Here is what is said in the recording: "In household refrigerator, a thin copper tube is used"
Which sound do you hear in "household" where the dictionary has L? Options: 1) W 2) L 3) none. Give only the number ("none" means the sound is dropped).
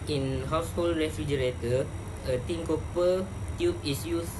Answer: 2